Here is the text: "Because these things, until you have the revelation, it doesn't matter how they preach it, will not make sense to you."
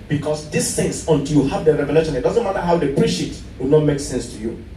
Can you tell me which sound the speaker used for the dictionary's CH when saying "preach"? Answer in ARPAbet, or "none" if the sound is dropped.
SH